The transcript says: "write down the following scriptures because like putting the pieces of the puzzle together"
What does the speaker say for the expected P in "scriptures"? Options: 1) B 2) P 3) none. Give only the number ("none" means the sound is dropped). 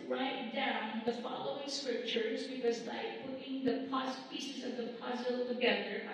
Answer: 2